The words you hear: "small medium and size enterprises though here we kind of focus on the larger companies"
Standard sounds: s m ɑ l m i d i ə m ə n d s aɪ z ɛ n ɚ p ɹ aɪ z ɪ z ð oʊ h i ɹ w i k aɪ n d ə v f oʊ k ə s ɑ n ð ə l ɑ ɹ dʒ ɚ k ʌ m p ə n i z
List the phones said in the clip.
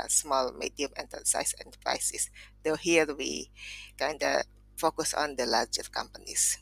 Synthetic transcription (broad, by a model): s m ɑ l m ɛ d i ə m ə n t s aɪ s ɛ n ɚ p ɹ aɪ s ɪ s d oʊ h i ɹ w i k aɪ n d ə f oʊ k ə s ɑ n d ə l ɑ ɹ dʒ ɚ k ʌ m p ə n i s